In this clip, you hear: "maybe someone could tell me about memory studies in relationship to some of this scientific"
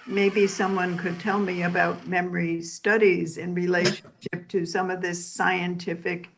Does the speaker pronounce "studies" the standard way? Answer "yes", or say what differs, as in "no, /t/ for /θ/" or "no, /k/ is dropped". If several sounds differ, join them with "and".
yes